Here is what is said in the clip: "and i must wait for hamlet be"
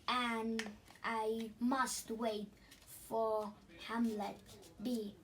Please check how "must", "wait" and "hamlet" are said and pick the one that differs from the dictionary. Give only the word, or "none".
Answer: none